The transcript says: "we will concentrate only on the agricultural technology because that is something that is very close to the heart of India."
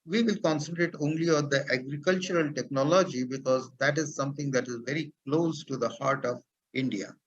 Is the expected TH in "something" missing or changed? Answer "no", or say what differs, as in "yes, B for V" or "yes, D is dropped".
yes, T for TH